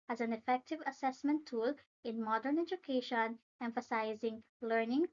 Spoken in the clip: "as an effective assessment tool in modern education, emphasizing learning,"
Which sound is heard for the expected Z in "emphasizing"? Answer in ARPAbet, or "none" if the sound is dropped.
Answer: Z